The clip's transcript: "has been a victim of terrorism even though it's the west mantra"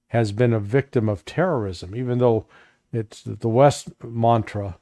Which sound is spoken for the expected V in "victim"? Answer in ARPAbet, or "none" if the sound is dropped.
V